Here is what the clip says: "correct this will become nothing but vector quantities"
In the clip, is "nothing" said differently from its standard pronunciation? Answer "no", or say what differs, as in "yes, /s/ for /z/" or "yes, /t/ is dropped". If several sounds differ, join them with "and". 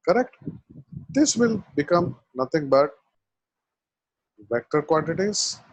yes, /t/ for /θ/